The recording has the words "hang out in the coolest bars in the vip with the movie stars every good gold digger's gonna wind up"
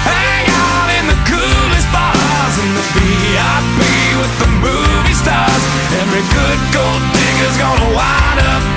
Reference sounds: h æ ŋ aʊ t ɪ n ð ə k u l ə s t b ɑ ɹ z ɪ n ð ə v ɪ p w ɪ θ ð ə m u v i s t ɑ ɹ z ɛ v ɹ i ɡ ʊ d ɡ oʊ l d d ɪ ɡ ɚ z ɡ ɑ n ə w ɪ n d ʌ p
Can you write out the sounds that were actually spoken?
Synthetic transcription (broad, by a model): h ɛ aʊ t ɪ n ð ə k u l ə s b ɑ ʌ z ɪ n ð ə b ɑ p w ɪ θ ð ə m u v i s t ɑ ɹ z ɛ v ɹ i ɡ ʊ d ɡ oʊ l d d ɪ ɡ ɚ z ɡ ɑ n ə w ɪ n ʌ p